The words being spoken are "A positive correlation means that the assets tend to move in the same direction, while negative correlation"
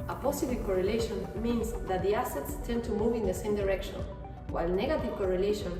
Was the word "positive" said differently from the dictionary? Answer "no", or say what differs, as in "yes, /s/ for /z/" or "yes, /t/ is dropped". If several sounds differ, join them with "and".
yes, /s/ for /z/